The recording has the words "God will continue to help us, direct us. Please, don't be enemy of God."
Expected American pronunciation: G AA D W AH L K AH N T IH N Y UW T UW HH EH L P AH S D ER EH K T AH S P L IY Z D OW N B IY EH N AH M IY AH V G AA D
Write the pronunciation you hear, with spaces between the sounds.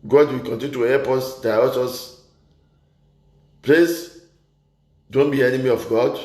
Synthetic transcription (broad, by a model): G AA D W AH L K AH N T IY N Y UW T UW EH P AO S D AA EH T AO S P L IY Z D OW N B IY EH N AH M IY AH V G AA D